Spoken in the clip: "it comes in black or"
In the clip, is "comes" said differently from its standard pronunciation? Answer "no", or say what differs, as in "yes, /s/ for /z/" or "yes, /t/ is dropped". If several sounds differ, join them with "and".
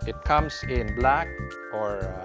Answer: yes, /s/ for /z/